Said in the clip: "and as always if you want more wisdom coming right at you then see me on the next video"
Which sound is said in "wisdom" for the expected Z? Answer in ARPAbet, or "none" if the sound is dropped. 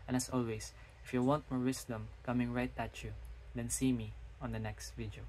S